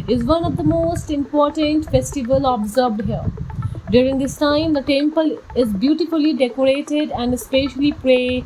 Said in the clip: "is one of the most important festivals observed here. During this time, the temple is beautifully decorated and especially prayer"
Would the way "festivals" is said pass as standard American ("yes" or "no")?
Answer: no